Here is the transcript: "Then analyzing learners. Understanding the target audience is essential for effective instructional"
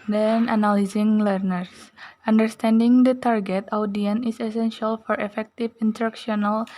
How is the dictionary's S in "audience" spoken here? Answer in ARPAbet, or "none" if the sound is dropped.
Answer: none